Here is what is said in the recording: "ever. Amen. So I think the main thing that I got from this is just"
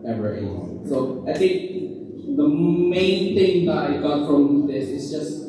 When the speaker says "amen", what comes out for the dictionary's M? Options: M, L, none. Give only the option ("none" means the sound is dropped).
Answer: none